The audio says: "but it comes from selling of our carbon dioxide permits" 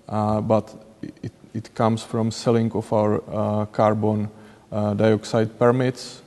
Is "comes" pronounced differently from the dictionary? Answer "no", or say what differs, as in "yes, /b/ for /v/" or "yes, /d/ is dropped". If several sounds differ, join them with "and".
yes, /s/ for /z/